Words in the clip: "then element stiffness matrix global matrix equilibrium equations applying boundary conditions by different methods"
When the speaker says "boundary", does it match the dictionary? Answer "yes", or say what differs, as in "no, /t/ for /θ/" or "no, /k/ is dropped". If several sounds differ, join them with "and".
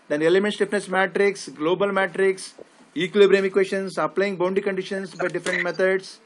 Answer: no, /ɹ/ is dropped